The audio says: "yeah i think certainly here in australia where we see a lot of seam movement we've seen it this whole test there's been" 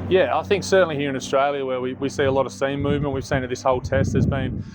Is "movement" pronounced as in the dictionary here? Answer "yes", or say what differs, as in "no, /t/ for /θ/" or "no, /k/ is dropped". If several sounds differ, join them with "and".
yes